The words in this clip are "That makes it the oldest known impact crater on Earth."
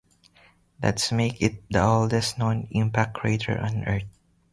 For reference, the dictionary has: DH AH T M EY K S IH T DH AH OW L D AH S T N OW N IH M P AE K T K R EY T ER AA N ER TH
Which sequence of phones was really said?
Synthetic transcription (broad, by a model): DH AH T M EY K IH T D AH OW L D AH S T N OW N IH M P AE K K R EY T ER AA N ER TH